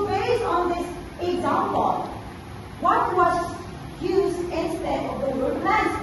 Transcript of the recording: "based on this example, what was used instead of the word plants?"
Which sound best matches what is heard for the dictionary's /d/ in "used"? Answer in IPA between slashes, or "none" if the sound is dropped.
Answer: none